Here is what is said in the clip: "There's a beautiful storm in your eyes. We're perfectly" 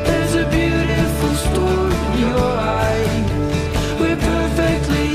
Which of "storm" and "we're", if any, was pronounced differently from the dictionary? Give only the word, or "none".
storm